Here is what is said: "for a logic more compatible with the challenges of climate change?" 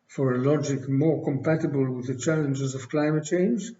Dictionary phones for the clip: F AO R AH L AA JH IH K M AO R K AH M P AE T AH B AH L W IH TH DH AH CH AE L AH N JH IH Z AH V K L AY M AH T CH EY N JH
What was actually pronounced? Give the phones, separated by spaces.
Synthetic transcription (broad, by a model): F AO R AH L AA JH IH K M AO R K AH M P AE T AH B AH L W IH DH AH CH AE L AH N JH IH Z AH V K L AY M AH T CH EY N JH